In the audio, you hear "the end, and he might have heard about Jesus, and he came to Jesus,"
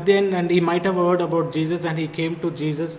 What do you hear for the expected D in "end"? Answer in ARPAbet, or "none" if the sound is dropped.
none